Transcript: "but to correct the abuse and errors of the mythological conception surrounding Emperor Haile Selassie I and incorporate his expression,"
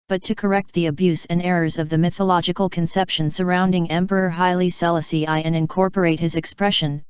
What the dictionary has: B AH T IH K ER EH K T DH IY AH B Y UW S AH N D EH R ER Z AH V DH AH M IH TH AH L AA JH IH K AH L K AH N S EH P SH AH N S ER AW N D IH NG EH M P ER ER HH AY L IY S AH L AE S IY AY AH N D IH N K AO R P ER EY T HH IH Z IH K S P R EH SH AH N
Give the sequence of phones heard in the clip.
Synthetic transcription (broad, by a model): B AH T IH K ER EH K T DH IY AH B Y UW S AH N EH R ER Z AH V DH AH M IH TH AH L AA JH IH K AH L K AH N S EH P SH AH N S ER AW N D IH NG EH M P ER ER HH AY L IY S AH L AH S IY AY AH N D IH N K AO R P ER EY T HH IH Z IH K S P R EH SH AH N